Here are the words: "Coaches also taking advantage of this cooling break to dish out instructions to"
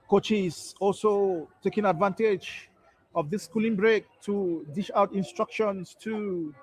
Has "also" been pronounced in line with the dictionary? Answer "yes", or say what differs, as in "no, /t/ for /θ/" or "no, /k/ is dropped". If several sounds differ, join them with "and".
yes